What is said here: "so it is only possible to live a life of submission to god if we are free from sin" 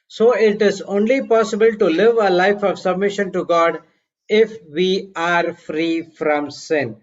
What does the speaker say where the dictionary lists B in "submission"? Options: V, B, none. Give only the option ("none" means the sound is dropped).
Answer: B